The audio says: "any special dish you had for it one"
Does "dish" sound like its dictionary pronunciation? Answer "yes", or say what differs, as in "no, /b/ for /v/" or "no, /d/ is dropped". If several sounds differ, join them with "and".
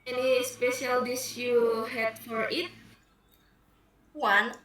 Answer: no, /s/ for /ʃ/